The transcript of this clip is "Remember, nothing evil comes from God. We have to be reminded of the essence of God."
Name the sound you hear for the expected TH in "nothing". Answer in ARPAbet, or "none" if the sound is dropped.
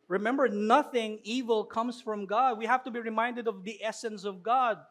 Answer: TH